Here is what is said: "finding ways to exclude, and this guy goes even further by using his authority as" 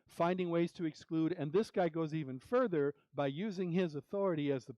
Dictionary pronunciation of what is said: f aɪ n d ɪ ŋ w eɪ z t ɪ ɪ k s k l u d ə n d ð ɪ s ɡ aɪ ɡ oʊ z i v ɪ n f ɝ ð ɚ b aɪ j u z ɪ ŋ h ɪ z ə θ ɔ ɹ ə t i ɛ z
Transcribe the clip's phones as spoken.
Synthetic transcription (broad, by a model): f aɪ n d ɪ ŋ w eɪ z t ɪ ɪ k s k l u d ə n ð ɪ s ɡ aɪ ɡ oʊ z i v ɪ n f ɝ ð ɚ b aɪ j u z ɪ ŋ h ɪ z ə θ ɔ ɹ ə t i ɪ z